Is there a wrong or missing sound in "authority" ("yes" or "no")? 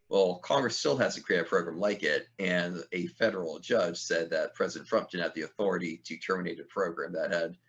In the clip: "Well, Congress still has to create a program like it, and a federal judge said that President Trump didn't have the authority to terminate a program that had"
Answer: no